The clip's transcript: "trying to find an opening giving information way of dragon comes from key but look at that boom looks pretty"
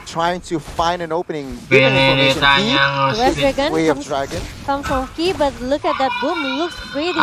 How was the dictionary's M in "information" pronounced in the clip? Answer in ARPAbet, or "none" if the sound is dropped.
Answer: none